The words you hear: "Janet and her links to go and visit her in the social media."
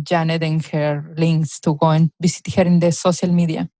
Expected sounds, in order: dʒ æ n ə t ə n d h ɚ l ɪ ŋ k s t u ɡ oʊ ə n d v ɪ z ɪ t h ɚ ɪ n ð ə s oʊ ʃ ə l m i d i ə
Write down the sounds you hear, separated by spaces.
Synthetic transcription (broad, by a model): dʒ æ n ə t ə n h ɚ l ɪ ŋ k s t u ɡ oʊ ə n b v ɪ s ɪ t h ɚ ɪ n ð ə s oʊ s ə l m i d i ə